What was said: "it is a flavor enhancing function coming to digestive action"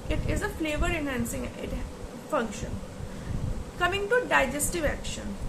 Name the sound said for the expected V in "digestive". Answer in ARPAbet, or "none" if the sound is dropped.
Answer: V